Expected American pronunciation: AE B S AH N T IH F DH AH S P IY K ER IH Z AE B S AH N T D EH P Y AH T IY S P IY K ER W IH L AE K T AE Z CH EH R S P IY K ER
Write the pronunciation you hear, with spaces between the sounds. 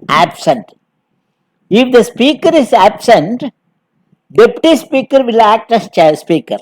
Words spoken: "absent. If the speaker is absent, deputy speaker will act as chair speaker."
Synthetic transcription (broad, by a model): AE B S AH N T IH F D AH S P IY K ER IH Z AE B S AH N T D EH P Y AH T IY S P IY K ER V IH L AE K T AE S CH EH S P IY K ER